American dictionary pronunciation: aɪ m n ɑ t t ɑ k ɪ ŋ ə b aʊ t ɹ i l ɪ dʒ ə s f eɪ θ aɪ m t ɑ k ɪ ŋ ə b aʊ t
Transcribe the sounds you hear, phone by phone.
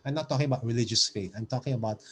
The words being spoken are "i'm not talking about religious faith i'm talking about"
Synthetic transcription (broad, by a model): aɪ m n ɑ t t ɑ k ɪ ŋ ə b aʊ t ɹ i l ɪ dʒ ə s f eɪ t aɪ m t ɑ k ɪ ŋ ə b aʊ t